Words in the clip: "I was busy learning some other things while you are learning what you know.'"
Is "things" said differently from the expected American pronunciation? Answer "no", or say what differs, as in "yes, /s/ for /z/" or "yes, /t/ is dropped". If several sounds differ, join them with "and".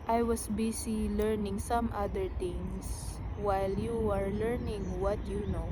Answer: yes, /t/ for /θ/